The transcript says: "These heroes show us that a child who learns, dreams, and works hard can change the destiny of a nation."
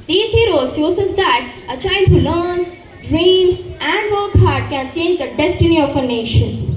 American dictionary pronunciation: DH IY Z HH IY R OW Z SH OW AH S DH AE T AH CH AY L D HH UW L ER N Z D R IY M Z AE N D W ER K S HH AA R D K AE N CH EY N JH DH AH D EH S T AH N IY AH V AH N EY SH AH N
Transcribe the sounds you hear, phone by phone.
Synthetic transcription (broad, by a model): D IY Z HH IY R OW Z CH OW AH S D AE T AH CH AY L D HH UW L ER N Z D R IY M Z AE N D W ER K HH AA R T K AE N CH EY N JH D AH D EH S T AH N IY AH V AH N EY SH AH N